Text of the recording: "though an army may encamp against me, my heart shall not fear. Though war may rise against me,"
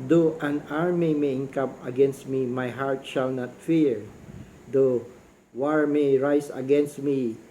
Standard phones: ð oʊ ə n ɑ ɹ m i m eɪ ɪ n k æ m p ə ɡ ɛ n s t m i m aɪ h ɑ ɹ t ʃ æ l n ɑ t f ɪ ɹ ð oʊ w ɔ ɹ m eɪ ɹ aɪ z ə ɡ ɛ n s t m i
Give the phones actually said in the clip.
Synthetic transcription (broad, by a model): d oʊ ə n ɑ ɹ m i m eɪ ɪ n k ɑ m ə ɡ ɛ n s t m i m aɪ h ɑ ɹ t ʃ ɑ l n ɑ t f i ɹ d oʊ w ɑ ɹ m eɪ ɹ aɪ s ə ɡ ɛ n s t m i